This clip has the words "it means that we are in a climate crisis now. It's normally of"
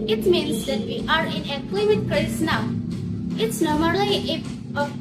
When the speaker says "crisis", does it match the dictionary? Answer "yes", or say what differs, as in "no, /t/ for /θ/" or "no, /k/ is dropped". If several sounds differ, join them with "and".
no, /ɹ/ is dropped